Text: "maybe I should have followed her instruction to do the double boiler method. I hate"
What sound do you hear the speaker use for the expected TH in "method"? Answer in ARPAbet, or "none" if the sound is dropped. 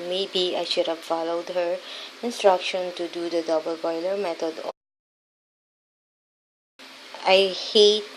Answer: T